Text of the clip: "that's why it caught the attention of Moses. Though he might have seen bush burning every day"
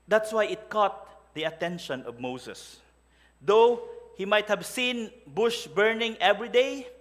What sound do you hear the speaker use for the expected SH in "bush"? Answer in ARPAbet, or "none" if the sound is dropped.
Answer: SH